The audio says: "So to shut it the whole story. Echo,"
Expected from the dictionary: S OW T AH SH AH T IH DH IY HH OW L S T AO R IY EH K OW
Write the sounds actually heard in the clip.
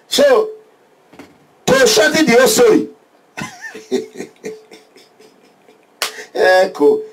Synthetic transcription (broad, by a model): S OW T AH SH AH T IH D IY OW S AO IY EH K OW